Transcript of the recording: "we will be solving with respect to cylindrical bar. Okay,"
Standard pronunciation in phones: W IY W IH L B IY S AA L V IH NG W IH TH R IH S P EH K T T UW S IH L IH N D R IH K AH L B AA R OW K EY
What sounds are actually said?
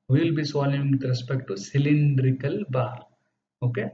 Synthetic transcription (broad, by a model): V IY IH L B IY S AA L IH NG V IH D R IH S P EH K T T UW S IH L IH N D R IH K AH L B AA R OW K EY